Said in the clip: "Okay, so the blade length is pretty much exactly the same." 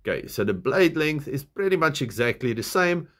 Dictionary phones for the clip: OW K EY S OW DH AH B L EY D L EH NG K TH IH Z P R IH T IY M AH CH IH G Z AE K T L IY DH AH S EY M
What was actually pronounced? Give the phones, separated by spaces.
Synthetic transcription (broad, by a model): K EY S OW DH AH B L EY D L EH NG K TH IH Z P R IH T IY M AH CH IH G Z AE K T L IY DH AH S EY M